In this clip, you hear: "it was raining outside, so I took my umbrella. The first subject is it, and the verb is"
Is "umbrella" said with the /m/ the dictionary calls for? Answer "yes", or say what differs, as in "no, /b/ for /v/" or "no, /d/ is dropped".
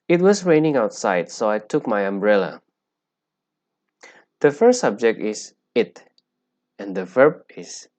yes